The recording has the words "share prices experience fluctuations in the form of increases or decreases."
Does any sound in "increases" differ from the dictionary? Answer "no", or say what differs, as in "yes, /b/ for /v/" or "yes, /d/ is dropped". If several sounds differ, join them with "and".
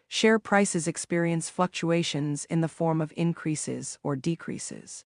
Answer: no